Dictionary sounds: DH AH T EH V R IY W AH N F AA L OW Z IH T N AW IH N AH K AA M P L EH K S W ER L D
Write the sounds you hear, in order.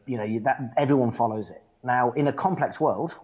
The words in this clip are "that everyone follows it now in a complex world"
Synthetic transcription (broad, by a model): DH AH T EH V R IY W AH N F AA L OW Z IH T N AW IH N AH K AA M P L EH K S W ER L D